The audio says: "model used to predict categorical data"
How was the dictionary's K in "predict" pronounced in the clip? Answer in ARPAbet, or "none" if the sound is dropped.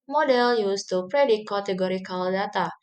none